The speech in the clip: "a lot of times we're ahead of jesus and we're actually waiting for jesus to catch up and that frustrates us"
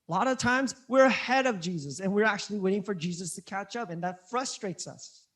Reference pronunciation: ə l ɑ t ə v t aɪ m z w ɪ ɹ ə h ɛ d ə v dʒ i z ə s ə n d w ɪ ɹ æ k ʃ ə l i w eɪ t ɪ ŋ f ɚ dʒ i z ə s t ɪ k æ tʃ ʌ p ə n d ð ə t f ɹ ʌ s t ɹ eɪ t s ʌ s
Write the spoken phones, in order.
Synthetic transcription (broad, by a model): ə l ɑ t ə v t aɪ m z w ɪ ɹ ə h ɛ d ə v dʒ i z ə s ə n w ɪ ɹ æ k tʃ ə l i w eɪ t ɪ ŋ f ɚ dʒ i z ə s t ɪ k æ tʃ ʌ p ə n ð ə t f ɹ ʌ s t ɹ eɪ t s ʌ s